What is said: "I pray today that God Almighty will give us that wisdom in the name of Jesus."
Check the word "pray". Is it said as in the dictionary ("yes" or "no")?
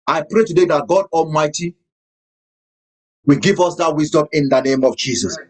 yes